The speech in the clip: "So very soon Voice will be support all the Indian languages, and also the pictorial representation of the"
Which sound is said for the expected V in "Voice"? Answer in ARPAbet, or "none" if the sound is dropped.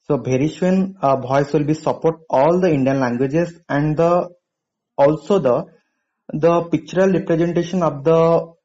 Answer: B